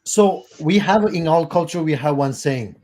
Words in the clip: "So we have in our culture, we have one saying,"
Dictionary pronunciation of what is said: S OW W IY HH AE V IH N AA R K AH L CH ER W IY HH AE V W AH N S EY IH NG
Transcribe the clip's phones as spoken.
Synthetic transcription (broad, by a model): S OW W IY HH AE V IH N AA L K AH L CH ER W IY HH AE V W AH N S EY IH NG